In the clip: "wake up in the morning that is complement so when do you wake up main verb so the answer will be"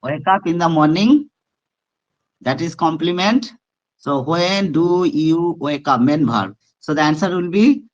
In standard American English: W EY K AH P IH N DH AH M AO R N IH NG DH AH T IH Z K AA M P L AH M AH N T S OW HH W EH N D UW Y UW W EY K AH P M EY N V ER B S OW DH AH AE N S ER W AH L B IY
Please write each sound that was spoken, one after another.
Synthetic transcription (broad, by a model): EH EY K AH P IH N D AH M AO R N IH NG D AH T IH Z K AA M P L AH M AH N T S OW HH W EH N D UW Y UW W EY K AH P M EY N B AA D S OW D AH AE N S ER W AH L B IY